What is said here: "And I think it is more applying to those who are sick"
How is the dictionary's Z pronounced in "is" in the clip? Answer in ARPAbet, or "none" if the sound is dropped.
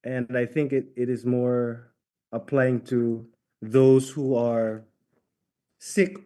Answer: Z